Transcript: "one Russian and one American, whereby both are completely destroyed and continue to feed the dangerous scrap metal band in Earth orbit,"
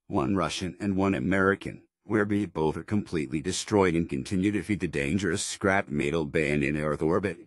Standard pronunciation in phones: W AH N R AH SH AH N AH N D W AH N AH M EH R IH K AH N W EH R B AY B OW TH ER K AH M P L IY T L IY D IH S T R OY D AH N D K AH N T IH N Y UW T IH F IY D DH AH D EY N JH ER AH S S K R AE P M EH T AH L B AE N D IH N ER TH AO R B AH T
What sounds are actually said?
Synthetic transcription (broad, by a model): W AH N R AH SH AH N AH N W AH N AH M EH R IH K AH N W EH R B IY B OW TH ER K AH M P L IY T L IY D IH S T R OY D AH N K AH N T IH N Y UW T IH F IY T DH AH D EY N JH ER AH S S K R AE P M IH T L B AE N IH N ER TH AO R B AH T